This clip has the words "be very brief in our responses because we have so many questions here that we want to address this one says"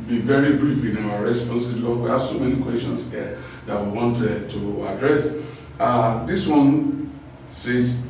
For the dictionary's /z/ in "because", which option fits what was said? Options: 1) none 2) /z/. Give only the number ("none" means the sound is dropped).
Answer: 1